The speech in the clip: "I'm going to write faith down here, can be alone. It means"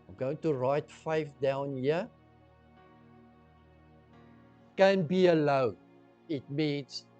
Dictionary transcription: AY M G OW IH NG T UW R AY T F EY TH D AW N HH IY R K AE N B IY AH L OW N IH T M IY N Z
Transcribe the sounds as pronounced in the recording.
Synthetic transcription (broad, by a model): AY M G OW IH NG T UW R AY T F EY F D AW N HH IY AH K AE N B IY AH L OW IH T M IY N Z